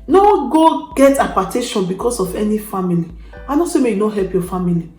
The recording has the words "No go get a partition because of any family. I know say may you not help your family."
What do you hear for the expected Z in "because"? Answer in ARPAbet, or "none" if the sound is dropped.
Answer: S